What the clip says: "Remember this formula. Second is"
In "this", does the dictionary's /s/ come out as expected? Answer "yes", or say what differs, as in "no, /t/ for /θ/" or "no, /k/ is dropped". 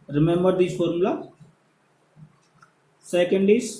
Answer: no, /s/ is dropped